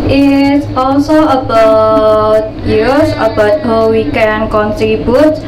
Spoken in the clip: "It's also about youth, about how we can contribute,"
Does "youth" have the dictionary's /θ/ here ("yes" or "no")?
no